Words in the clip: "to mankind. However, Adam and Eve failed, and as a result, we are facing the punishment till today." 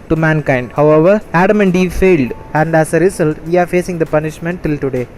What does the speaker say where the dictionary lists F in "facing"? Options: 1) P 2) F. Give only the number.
2